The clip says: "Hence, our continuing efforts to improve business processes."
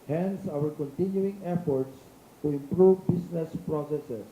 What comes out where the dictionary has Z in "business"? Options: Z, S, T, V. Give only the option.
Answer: S